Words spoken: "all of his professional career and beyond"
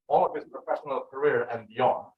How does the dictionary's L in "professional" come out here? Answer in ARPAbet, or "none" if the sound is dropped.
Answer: L